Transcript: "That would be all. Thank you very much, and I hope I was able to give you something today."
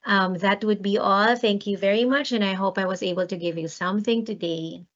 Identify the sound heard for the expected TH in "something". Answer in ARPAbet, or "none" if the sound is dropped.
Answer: TH